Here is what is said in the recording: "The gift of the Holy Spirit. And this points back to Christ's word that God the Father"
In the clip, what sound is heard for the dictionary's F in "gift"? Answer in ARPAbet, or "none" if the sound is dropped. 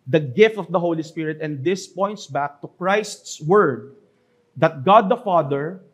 F